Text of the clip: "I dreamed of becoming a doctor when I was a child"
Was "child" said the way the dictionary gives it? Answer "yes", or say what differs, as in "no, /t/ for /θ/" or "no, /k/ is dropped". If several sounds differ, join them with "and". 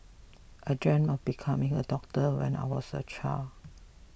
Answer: no, /d/ is dropped